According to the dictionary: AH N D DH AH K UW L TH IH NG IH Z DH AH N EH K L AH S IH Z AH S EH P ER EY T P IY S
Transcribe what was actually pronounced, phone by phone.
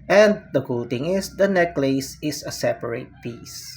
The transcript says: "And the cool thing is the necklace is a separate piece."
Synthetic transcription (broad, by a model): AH N D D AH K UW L T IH NG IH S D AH N EH K L AH S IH S AH S EH P ER EY T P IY S